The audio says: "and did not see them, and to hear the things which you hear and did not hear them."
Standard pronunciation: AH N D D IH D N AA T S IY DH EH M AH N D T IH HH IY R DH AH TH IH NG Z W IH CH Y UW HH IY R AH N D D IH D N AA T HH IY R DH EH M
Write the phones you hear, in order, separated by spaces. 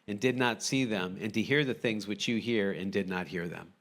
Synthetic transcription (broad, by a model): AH N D D IH D N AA T S IY DH EH M AH N D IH HH IY R DH AH TH IH NG Z W IH CH Y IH HH IY R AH N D D IH D N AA T HH IY R DH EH M